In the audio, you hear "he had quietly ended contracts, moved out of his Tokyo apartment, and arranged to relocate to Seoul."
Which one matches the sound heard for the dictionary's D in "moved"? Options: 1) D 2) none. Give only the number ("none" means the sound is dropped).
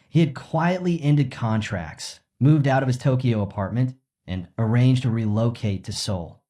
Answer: 1